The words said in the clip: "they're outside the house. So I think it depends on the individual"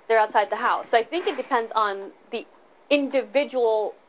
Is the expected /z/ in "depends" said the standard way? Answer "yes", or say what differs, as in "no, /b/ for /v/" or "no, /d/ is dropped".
yes